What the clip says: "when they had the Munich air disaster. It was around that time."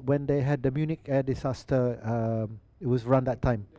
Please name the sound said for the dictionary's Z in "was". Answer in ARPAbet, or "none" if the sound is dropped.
S